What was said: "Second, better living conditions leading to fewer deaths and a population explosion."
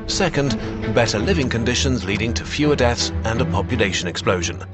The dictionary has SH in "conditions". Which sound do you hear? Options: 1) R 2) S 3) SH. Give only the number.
3